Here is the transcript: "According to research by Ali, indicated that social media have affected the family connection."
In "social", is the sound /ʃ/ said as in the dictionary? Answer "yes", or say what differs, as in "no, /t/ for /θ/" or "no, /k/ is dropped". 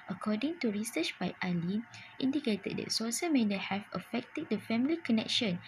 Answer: no, /s/ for /ʃ/